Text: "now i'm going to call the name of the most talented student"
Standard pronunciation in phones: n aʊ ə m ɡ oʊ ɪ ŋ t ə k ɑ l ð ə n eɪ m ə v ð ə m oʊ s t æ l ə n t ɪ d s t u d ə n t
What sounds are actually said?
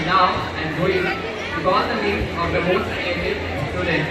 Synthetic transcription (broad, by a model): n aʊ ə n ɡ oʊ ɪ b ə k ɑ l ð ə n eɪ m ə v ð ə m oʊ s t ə t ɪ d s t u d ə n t